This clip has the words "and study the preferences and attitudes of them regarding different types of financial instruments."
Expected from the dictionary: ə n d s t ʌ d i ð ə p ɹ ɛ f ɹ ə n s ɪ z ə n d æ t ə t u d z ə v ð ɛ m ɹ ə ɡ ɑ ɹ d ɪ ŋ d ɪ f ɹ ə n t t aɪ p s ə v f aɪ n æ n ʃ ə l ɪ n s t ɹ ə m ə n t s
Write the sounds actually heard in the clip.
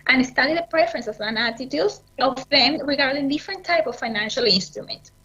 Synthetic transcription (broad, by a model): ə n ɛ s t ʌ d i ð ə p ɹ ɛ f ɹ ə n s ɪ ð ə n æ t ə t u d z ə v ð ɛ m ɹ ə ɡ ɑ ɹ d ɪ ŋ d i f ɹ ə n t t aɪ p ə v f aɪ n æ n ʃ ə l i n s t ɹ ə m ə n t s